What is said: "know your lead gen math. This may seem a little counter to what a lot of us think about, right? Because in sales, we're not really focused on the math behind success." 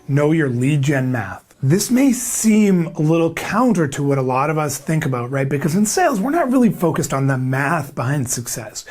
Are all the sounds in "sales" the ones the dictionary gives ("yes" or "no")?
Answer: yes